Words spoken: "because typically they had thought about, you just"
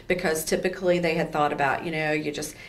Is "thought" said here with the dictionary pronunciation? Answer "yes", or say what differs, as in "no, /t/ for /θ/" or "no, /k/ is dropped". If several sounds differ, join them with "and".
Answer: yes